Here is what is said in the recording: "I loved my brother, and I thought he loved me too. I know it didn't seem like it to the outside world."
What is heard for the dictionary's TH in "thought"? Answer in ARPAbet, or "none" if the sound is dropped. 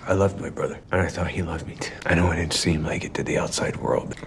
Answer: TH